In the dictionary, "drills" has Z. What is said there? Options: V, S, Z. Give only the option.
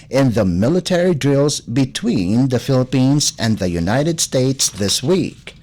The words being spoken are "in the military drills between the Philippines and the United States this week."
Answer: Z